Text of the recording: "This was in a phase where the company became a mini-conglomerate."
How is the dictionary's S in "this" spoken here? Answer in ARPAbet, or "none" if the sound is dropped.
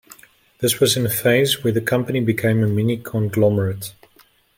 S